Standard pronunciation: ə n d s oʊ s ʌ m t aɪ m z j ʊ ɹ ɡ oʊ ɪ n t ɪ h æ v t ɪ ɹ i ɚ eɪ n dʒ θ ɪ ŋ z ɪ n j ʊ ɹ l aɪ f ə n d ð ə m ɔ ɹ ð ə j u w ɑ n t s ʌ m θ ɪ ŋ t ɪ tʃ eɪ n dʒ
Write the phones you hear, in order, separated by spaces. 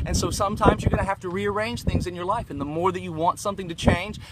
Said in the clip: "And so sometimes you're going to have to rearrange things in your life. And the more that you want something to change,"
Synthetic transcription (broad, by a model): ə n s oʊ s ʌ m t aɪ m z j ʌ ɹ ɡ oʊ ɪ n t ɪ h æ f t ɪ ɹ i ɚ eɪ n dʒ θ ɪ ŋ z ɪ n j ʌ ɹ l aɪ f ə n ð ə m ɔ ɹ ð ə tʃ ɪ w ɑ n t s ʌ m θ ɪ ŋ t ɪ tʃ eɪ n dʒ